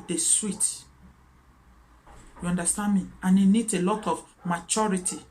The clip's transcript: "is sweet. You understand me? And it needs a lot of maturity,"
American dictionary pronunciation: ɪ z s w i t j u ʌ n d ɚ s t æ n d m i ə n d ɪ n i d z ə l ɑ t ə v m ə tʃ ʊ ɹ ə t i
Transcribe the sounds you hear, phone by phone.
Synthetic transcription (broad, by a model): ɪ s w i t j u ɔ n d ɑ s t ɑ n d m i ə n ɪ n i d ə l ɑ t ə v m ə tʃ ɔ ɹ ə t i